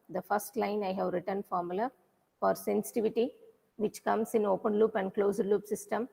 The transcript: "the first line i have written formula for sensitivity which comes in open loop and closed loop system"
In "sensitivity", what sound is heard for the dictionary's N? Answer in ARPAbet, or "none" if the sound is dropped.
N